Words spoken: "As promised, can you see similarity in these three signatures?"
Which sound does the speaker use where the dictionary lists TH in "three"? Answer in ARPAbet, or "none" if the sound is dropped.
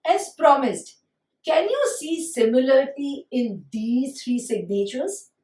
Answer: T